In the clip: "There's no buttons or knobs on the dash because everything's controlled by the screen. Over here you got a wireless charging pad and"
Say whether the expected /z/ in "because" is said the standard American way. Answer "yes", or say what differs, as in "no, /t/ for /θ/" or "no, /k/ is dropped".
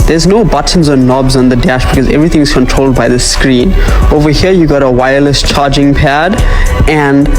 yes